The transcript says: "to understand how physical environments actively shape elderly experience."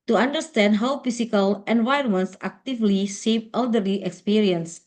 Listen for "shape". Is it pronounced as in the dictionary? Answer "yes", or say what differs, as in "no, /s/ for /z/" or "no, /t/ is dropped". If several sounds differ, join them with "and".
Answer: no, /s/ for /ʃ/